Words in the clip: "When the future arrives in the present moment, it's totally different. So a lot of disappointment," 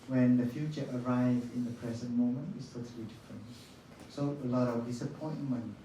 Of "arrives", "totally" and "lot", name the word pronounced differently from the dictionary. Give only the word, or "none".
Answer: arrives